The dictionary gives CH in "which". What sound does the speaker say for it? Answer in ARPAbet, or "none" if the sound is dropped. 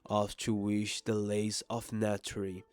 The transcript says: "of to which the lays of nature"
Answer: SH